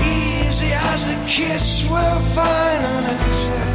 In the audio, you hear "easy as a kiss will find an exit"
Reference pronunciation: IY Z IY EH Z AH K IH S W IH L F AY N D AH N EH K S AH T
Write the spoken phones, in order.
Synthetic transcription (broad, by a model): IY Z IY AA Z AH K IH S W IH L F AY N AH N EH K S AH